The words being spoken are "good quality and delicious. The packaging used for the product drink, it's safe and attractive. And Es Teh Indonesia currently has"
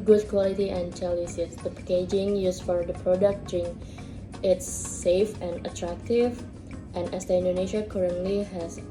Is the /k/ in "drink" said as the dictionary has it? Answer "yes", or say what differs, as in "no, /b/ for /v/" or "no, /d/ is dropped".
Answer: no, /k/ is dropped